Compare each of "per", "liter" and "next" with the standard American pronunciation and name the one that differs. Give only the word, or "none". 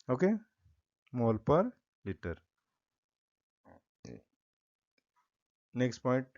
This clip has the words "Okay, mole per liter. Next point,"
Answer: none